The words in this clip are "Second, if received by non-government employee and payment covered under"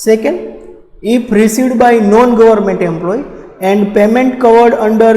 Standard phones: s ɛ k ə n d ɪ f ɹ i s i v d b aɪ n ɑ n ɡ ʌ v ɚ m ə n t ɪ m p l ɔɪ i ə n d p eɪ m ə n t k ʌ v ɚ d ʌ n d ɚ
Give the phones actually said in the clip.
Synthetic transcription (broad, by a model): s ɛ k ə n d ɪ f ɹ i s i d b aɪ n ɑ n ɡ ʌ v ɚ m ə n t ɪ m p l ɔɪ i ə n d p eɪ m ə n t k ʌ v ɚ d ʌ n d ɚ